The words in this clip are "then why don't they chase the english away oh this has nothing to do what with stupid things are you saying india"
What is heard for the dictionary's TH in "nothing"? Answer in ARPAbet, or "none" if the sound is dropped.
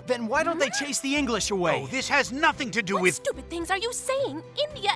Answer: TH